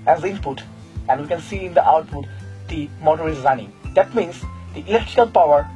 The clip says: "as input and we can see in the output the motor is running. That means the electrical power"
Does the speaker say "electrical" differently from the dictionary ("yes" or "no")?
no